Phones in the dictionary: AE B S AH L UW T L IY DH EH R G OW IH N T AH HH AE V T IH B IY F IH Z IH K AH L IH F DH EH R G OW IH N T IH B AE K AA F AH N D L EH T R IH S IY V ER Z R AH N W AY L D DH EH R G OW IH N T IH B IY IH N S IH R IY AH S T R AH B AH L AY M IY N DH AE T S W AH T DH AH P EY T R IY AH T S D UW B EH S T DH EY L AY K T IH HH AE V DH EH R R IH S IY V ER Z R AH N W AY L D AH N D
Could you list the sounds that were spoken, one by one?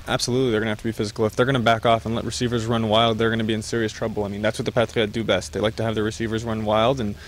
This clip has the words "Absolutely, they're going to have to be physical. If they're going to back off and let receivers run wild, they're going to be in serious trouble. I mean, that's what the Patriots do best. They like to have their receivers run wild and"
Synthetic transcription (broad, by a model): AE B S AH L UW T L IY DH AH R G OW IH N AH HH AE F T IH B IY F IH Z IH K L IH F DH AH R G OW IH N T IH B AE K AA F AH N L EH T R IH S IY V ER Z R AH N W AY L D DH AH R G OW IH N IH B IY IH N S IH R IY AH S T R AH B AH L AY M IY N DH AE T S W AH T DH AH P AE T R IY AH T D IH B EH S T DH EY L AY K T IH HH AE V DH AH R R IH S IY V ER Z R AH N W AY L D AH N